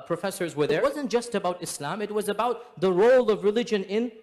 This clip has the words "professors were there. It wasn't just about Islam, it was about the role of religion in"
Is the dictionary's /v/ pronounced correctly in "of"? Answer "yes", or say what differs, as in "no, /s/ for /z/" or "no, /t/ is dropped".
yes